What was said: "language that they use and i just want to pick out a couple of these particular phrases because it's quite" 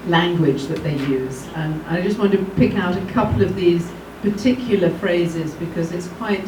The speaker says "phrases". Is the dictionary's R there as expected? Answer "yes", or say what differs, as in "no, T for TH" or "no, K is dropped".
yes